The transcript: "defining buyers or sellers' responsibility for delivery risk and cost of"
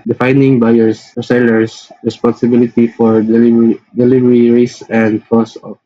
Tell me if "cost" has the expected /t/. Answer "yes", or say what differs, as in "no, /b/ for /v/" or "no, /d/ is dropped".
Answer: no, /t/ is dropped